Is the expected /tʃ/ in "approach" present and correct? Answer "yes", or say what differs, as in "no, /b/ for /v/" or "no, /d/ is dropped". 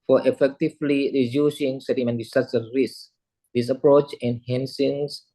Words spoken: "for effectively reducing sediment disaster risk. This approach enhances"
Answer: yes